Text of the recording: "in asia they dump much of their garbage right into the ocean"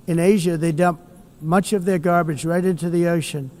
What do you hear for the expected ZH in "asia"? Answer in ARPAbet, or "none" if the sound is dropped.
ZH